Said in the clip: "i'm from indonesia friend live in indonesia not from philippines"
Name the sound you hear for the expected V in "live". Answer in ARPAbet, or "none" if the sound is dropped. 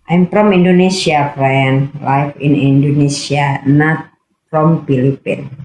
F